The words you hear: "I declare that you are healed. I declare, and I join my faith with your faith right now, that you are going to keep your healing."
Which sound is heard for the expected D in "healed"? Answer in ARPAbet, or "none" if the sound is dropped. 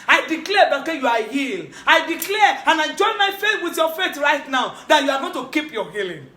none